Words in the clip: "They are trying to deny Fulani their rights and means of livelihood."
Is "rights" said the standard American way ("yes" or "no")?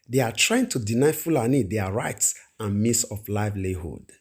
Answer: yes